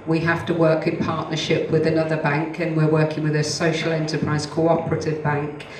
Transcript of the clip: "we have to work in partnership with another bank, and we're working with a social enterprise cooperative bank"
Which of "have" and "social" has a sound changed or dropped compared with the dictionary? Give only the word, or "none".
have